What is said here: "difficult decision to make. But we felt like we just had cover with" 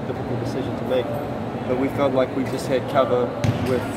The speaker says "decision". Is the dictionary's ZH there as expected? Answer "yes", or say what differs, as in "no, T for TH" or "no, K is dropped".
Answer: yes